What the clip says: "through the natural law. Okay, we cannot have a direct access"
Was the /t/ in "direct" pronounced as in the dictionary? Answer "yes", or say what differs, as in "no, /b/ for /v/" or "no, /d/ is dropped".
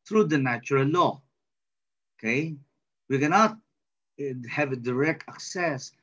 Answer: yes